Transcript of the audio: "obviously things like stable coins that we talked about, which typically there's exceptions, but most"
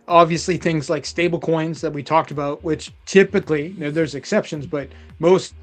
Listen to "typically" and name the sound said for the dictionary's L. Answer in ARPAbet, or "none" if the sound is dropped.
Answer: N